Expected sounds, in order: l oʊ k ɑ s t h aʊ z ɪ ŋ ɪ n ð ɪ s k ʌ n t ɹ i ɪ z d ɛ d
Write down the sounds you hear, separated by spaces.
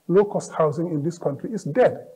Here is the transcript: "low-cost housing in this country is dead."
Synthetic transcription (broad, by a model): l oʊ k ɑ s t h aʊ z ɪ ŋ ɪ n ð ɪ s k ʌ n t ɹ i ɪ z d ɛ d